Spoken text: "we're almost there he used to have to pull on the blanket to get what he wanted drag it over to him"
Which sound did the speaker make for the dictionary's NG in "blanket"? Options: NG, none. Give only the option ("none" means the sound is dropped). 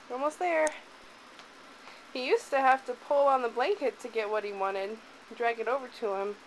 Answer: NG